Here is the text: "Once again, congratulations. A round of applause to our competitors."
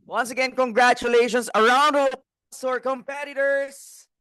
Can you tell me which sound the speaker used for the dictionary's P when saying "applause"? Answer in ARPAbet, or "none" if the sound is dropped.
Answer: none